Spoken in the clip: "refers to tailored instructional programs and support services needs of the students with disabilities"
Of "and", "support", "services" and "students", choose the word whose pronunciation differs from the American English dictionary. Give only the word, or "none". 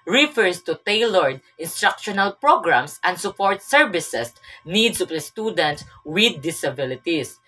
services